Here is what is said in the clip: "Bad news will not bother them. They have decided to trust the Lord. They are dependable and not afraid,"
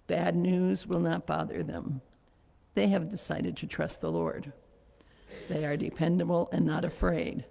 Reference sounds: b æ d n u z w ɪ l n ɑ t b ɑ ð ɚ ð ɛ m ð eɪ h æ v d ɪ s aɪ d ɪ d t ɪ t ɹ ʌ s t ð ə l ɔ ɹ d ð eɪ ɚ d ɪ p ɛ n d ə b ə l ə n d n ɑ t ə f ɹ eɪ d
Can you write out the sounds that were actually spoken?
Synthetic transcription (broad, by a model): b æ d n u z w ɪ l n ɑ t b ɑ ð ɚ ð ɛ m ð eɪ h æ v d ɪ s aɪ d ɪ d t ɪ t ɹ ʌ s t ð ə l ɔ ɹ d ð eɪ ɚ d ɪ p ɛ n d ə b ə l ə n n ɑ t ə f ɹ eɪ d